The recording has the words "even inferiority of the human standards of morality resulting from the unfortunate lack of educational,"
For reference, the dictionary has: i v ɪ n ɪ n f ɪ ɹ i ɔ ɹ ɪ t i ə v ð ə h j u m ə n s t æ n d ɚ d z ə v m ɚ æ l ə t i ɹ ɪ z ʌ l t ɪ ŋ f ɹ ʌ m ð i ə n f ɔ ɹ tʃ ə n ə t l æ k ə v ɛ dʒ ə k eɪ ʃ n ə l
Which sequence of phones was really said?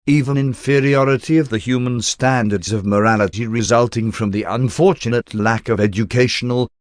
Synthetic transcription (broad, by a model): i v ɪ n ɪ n f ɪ ɹ i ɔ ɹ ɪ t i ə v ð ə h j u m ə n s t æ n d ɚ d z ə v m ɚ æ l ə t i ɹ ɪ z ʌ l t ɪ ŋ f ɹ ʌ m ð i ə n f ɔ ɹ tʃ ə n ə t l æ k ə v ɛ dʒ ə k eɪ ʃ n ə l